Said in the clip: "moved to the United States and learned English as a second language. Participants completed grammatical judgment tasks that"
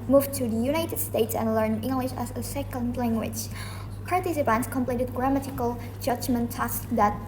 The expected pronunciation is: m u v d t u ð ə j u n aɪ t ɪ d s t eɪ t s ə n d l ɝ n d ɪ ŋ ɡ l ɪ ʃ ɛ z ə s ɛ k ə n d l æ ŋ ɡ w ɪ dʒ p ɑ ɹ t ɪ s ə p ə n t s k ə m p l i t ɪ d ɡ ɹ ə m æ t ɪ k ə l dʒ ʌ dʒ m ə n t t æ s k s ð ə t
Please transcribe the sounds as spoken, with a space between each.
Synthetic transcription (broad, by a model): m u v t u ð ə j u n aɪ t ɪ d s t eɪ t s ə n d l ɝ n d ɪ ŋ ɡ l ɪ ʃ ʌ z ə s ɛ k ə n d l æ ŋ ɡ w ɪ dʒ p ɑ ɹ t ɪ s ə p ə n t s k ə m p l i t ɪ d ɡ ɹ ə m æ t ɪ k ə l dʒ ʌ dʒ m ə n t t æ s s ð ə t